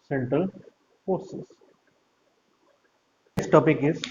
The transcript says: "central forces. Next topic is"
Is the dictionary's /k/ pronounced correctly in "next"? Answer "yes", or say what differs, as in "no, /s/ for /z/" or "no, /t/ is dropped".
no, /k/ is dropped